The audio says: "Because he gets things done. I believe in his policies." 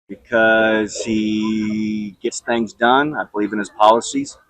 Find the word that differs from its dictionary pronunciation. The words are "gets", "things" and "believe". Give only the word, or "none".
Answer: none